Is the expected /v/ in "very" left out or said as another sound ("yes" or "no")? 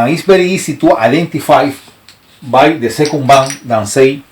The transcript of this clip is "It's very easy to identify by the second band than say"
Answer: yes